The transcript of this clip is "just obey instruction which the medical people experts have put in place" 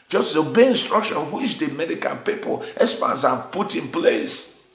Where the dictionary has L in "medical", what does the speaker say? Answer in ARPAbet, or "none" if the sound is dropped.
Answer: N